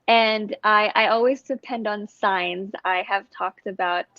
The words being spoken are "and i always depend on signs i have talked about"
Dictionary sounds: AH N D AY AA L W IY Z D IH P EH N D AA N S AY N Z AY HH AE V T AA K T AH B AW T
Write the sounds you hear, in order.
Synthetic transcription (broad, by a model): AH N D AY AA L W IY Z D IH P EH N D N S AY N Z AY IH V T AA K T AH B AW T